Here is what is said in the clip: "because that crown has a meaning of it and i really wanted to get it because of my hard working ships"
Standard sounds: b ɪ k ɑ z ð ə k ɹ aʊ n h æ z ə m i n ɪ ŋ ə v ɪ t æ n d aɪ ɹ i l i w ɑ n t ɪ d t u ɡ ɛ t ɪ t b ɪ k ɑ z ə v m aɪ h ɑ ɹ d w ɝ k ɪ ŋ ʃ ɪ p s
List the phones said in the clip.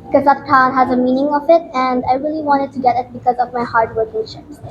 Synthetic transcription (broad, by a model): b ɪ k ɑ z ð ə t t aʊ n h æ z ə m i n ɪ ŋ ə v ɪ t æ n d aɪ ɹ i l i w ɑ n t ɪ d t u ɡ ɛ t ɪ t b ɪ k ɑ z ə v m aɪ h ɑ ɹ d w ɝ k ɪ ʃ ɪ